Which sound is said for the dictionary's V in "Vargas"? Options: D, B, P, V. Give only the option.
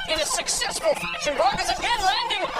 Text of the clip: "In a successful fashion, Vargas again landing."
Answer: B